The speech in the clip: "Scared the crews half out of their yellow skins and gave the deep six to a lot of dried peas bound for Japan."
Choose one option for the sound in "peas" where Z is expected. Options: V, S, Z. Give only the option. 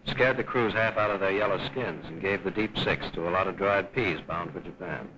Z